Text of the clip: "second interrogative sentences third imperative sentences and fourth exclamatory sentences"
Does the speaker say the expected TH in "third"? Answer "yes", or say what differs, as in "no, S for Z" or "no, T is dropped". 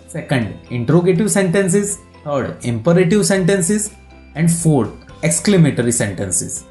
no, T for TH